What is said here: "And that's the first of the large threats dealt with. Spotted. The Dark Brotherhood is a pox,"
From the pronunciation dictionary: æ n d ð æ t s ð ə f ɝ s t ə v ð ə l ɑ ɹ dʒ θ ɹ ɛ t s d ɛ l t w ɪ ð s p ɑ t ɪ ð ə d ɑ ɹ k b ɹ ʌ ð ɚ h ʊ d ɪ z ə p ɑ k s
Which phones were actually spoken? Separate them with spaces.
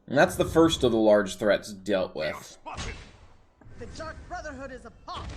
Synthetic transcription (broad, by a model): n ð æ t s ð ə f ɝ s t ə v ð ə l ɑ ɹ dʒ θ ɹ ɛ t s d ɛ l t w ɪ ð ð ə d ɑ ɹ k b ɹ ʌ ð ɚ h ʊ d ɪ z ə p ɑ